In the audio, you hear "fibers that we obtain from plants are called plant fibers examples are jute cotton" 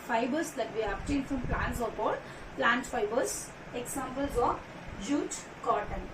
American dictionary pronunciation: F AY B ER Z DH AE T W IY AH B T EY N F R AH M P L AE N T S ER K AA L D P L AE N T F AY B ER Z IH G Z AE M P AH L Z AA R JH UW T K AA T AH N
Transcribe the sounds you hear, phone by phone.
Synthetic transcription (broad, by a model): F AY B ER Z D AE T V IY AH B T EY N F R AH M P L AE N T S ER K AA D P L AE N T F AY B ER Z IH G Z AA M P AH L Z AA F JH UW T K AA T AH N